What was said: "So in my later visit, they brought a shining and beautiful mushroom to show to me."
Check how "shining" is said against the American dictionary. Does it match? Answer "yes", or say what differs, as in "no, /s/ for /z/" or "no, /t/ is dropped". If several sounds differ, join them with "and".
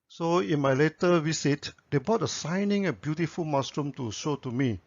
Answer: no, /s/ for /ʃ/